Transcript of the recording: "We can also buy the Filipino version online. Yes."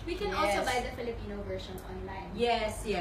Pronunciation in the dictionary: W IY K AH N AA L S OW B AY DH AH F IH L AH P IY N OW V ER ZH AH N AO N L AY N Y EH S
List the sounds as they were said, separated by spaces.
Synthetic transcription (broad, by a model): W IY K AH N AA L S OW B AY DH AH F IH L AH P IY N OW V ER SH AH N AO N L AY N Y EH S